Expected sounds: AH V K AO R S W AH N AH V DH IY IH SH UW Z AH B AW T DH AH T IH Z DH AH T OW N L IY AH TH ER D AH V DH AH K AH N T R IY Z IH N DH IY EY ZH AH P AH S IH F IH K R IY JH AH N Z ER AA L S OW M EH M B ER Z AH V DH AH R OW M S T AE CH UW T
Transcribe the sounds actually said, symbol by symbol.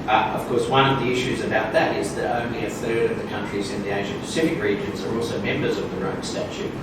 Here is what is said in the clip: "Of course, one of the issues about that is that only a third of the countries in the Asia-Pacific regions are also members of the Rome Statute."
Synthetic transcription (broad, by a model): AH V K AO R S W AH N AH V DH IY IH SH UW Z AH B AW T DH AH T IH Z DH AH T OW N L IY AH TH ER D AH V DH AH K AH N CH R IY Z IH N DH IY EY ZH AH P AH S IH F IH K R IY JH AH N Z ER AA L S OW M EH M B ER Z AH V DH AH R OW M S T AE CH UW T